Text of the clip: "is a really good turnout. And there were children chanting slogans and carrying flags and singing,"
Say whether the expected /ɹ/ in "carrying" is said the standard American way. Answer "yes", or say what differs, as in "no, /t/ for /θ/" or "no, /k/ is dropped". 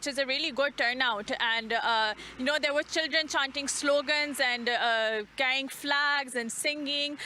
no, /ɹ/ is dropped